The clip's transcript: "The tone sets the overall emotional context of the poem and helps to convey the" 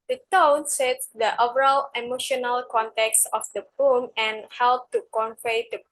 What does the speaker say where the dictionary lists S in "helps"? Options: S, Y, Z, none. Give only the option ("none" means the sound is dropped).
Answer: none